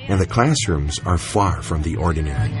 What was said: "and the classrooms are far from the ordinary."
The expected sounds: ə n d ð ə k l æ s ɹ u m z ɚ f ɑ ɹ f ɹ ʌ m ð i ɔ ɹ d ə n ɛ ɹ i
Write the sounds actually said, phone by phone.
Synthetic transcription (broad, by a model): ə n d ð ə k l æ s ɹ u m z ɚ f ɑ ɹ f ɹ ʌ m ð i ɔ ɹ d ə n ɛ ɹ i